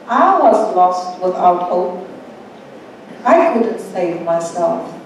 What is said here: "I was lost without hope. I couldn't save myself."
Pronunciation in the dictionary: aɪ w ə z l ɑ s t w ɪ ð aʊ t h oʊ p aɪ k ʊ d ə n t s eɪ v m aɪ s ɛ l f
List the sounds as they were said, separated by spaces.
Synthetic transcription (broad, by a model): aɪ w ə z l ɑ s t w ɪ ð aʊ t h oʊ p aɪ k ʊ d n t s eɪ v m aɪ s ɛ l f